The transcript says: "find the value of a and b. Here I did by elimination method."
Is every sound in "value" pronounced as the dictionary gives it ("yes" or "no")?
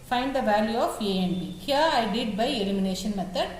yes